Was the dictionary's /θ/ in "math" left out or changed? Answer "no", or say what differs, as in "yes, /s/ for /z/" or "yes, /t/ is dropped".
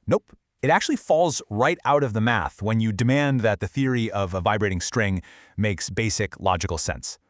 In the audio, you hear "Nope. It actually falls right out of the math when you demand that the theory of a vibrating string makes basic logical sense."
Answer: no